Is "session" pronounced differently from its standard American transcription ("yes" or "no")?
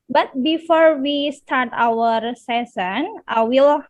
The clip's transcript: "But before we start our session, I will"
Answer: yes